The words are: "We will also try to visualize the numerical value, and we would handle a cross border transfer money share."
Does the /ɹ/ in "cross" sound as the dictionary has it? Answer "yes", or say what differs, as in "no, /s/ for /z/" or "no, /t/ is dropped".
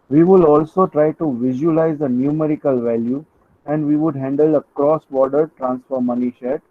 yes